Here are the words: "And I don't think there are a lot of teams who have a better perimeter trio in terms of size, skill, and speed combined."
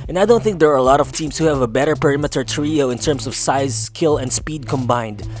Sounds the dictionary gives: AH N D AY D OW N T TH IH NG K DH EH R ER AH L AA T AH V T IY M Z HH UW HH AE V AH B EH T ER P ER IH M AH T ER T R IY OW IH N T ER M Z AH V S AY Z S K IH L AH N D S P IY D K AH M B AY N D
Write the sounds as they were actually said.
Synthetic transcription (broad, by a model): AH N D AY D OW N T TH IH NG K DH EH R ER AH L AA T AH V T IY M S HH UW HH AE V AH B EH T ER P ER IH M AH T ER T R IY OW IH N T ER M S AH V S AY Z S K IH L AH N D S P IY D K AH M B AY N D